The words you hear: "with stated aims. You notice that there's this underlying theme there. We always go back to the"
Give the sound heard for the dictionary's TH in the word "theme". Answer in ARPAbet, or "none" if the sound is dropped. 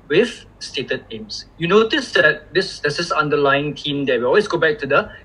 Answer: T